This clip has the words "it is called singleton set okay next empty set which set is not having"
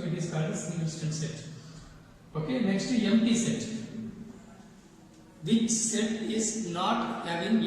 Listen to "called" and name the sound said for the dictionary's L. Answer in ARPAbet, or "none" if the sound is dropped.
none